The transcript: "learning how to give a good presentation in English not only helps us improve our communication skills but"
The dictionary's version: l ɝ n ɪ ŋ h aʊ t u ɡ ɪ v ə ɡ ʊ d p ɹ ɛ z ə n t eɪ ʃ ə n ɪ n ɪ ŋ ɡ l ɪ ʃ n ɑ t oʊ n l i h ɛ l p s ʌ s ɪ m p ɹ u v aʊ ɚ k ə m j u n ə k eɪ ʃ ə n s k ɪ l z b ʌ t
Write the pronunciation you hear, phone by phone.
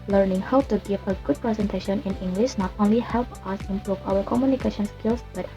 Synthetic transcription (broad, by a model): l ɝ n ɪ ŋ h aʊ t u ɡ ɪ v ə ɡ ʊ d p ɹ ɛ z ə n t eɪ ʃ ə n ɪ n ɪ ŋ ɡ l ɪ ʃ n ɑ t oʊ n l i h ɛ l p ʌ s ɪ m p ɹ u v aʊ ɚ k ə m j u n ə k eɪ ʃ ə n s k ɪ l s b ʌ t